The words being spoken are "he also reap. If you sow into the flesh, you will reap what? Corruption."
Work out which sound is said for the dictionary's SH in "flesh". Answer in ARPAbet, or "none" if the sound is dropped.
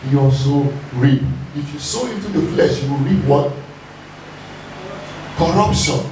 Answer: SH